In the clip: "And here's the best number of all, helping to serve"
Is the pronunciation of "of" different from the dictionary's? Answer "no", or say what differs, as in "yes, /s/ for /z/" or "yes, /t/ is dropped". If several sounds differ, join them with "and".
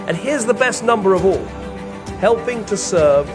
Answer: no